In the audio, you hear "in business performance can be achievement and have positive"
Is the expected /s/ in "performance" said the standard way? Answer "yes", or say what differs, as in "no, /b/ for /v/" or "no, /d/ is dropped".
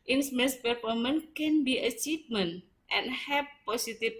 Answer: no, /s/ is dropped